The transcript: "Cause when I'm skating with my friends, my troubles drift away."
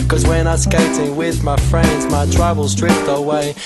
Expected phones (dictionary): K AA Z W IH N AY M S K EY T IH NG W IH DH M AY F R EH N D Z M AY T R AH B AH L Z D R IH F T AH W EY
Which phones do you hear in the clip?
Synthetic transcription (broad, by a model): K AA Z W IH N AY S K EY T IH NG W IH DH M AY F R EH N D Z M AY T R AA AH L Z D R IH P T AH W EY